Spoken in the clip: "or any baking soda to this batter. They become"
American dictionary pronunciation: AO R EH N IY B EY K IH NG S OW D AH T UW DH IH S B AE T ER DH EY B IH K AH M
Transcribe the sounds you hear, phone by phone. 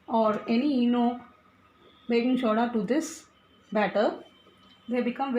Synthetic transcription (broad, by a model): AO R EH N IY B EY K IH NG SH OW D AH T UW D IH S B AE T ER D EY B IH K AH M